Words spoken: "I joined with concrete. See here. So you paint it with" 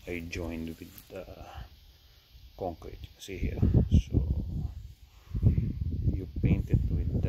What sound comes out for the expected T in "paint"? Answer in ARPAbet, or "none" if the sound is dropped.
T